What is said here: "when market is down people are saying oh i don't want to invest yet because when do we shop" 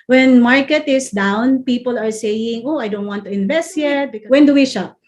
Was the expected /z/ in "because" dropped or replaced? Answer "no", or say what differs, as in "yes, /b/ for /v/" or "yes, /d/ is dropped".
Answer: yes, /z/ is dropped